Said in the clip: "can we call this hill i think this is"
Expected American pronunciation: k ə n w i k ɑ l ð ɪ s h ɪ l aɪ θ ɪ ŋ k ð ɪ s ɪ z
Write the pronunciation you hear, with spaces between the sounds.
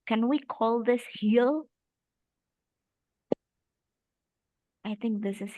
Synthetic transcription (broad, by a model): k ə n w i k ɑ l ð ɪ s h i l aɪ θ ɪ ŋ k ð ɪ s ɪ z